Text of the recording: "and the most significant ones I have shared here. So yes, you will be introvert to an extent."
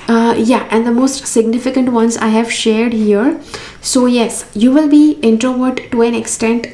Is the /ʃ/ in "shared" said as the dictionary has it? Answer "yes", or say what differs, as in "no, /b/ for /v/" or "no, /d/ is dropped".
yes